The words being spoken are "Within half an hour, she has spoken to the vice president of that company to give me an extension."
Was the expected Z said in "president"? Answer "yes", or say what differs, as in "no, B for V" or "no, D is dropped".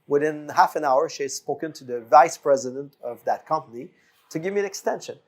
yes